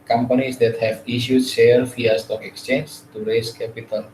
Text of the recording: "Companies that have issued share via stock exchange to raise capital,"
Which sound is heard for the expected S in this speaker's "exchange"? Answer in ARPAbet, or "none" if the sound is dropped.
S